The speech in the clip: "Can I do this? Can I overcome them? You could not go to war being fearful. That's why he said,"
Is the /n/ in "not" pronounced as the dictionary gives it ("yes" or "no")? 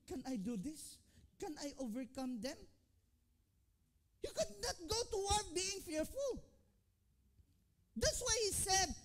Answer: yes